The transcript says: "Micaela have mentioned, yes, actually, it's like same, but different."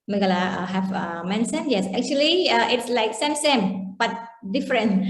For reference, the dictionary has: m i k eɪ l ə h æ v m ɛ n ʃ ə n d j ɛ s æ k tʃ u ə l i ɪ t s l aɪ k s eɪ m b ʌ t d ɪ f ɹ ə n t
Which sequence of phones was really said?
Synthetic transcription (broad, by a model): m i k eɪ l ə h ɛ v m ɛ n s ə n j ɛ s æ k tʃ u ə l i ɪ t s l aɪ k s eɪ m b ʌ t d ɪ f ɹ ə n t